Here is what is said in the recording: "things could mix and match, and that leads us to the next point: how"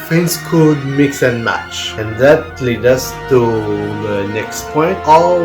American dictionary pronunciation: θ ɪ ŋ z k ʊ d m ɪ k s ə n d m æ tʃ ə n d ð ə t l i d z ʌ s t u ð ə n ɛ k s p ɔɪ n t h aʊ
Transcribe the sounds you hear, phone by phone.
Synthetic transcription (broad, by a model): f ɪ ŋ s k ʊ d m ɪ k s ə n m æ tʃ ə n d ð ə t l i d ʌ s t u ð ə n ɛ k s p ɔɪ n t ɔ